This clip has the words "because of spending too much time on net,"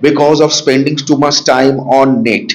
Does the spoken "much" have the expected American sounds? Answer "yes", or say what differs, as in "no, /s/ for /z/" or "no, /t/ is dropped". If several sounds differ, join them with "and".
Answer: no, /s/ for /tʃ/